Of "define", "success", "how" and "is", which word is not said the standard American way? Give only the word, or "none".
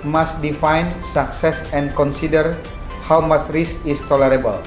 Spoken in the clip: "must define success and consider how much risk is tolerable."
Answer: is